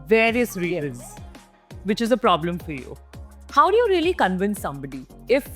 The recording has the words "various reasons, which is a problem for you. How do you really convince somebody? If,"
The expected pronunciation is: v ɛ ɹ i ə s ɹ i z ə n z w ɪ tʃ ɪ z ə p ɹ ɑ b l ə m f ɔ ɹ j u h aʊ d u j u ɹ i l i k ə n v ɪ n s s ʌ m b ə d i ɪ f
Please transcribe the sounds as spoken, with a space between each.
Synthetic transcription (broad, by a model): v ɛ ɹ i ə s ɹ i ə z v ɪ tʃ ɪ z ə p ɹ ɑ b l ə m f ɔ ɹ j u h aʊ d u j u ɹ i l i k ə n v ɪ n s s ʌ m b ə d i ɪ f